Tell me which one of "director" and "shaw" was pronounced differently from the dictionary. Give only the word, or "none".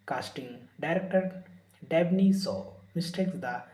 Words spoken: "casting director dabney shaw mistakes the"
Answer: shaw